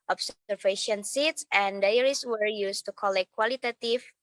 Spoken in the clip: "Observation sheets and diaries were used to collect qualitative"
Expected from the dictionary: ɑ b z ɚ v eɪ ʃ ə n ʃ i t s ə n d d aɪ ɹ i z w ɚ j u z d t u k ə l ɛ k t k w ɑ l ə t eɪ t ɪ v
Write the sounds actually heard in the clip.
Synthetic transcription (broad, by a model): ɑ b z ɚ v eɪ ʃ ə n s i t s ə n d d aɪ ɹ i s w ɚ j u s t u k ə l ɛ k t k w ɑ l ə t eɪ t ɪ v